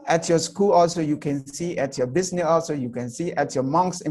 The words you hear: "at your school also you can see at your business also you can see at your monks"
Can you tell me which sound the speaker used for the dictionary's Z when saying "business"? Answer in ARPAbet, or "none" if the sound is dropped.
S